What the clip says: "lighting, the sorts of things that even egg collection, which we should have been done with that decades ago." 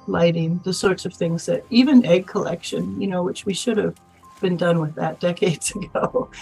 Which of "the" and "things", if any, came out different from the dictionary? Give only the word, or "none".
none